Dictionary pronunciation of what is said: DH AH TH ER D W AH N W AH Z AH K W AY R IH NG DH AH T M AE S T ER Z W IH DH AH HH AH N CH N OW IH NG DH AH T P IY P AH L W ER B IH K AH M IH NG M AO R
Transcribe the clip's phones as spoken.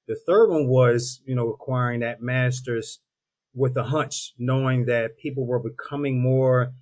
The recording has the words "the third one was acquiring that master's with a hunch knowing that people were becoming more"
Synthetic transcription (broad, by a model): DH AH TH ER D W AH N W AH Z AH K W AY R IH NG DH AH T M AE S T ER Z W IH DH AH HH AH N CH N OW IH NG DH AH T P IY P L W ER B IH K AH M IH NG M AO R